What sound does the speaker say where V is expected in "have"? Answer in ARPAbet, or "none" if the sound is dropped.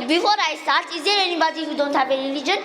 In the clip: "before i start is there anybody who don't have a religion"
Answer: B